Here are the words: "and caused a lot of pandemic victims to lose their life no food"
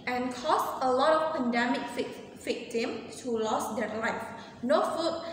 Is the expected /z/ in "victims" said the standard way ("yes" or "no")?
no